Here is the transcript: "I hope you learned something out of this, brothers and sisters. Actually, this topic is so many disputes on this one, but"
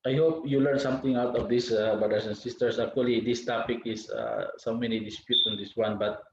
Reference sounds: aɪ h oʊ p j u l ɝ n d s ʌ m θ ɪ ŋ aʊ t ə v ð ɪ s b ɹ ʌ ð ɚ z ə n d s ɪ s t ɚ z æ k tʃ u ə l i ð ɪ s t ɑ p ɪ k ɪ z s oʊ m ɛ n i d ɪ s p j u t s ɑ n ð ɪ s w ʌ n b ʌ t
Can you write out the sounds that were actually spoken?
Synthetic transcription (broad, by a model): aɪ h oʊ p j u l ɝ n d s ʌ m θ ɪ ŋ aʊ t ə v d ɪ s b ɹ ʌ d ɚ s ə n s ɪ s t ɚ s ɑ k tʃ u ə l i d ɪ s t ɑ p ɪ k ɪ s s oʊ m ɛ n i d ɪ s p j u t s ɑ n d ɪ s w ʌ n b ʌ t